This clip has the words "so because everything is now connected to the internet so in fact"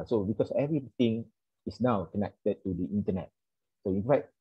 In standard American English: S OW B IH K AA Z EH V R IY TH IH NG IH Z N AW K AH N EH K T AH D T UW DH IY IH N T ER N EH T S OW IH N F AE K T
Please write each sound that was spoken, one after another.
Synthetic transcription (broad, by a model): S OW B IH K AA S EH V R IY T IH NG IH S N AW K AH N EH K T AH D T UW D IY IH N T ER N EH T S OW IH N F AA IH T